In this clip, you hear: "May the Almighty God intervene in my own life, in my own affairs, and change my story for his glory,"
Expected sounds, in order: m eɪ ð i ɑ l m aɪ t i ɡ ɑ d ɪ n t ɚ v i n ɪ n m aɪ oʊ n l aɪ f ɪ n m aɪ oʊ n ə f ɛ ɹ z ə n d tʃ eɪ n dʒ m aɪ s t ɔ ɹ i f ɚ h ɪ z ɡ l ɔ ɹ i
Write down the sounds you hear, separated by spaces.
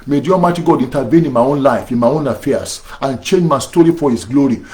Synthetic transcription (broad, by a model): m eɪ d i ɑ m aɪ t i ɡ ɑ d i n t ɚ v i n ɪ n m aɪ oʊ n l aɪ f ɪ n m aɪ oʊ n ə f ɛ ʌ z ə n tʃ eɪ n dʒ m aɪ s t ɔ ɹ i f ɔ h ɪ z ɡ l ɔ ɹ i